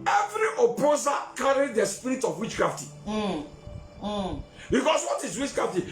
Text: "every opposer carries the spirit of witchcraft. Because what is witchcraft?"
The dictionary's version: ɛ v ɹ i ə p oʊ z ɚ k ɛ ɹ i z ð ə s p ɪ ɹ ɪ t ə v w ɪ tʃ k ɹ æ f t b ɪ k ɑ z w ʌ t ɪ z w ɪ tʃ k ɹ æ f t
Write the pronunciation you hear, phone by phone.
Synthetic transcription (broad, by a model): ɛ v ɹ i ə p oʊ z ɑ k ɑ ɹ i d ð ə s p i ɹ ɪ t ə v w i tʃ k ɹ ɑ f t b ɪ k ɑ s w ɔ t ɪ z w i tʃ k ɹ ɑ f t